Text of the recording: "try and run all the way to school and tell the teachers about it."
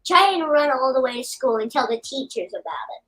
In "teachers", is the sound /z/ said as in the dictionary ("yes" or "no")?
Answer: yes